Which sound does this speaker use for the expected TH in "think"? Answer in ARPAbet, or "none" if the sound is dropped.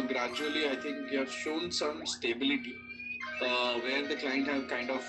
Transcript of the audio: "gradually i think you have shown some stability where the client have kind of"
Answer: T